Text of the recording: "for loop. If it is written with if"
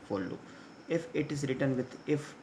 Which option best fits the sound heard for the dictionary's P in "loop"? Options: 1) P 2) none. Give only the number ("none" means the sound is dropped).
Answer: 2